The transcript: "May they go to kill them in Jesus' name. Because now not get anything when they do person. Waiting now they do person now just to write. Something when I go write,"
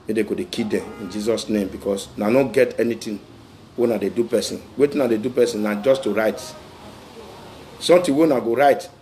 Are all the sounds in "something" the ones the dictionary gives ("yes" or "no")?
no